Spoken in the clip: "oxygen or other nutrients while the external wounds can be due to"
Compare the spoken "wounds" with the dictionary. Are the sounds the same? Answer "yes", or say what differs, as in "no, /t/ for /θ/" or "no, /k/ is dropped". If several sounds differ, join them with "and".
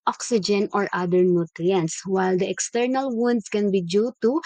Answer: no, /s/ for /z/